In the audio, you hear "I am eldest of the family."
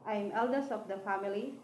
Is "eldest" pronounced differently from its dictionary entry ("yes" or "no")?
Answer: yes